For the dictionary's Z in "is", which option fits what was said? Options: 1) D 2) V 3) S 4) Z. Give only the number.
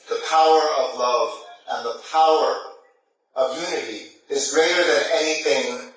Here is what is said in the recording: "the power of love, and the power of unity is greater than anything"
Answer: 4